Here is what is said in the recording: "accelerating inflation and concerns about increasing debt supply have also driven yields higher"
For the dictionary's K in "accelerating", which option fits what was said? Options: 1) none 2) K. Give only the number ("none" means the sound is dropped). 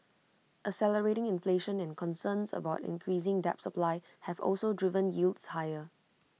1